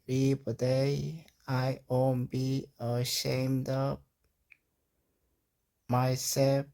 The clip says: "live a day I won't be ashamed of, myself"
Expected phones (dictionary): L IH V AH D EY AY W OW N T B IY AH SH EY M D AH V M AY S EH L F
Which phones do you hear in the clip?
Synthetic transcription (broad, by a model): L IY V AH D EY AY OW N B IY AH SH EY M D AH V M AY S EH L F